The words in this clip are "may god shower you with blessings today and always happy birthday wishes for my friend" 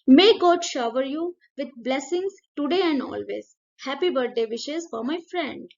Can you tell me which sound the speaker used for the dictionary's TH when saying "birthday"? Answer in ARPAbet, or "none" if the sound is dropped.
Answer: T